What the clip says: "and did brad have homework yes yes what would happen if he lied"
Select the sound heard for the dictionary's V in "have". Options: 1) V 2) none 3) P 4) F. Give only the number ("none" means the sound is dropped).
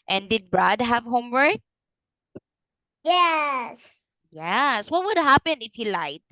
1